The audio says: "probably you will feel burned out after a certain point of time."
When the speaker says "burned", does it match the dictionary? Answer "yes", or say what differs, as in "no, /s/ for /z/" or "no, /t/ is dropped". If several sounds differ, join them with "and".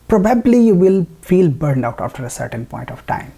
yes